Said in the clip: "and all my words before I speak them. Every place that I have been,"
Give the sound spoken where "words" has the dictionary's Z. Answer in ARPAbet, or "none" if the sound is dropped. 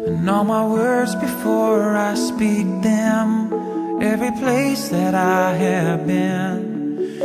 Z